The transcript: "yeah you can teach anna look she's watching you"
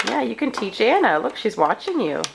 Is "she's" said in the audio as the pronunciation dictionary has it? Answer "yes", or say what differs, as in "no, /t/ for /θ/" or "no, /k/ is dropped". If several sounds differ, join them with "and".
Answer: yes